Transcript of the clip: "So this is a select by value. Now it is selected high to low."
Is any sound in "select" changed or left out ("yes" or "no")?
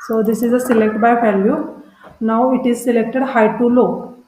no